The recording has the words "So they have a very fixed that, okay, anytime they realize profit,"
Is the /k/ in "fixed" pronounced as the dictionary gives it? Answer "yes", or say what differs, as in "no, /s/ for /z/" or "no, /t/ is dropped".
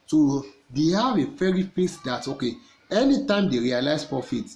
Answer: no, /k/ is dropped